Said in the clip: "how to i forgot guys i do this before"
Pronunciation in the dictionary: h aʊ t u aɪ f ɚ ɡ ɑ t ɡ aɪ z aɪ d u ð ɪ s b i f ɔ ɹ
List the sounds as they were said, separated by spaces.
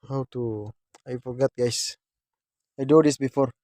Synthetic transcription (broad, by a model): h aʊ t u aɪ f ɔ ɡ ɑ t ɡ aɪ s aɪ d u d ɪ s b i f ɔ ɹ